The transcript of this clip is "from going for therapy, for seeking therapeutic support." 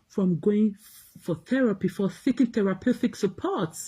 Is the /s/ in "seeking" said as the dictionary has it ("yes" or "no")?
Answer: no